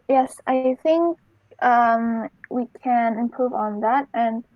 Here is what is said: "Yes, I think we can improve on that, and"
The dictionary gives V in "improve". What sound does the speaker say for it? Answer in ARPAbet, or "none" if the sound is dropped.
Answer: V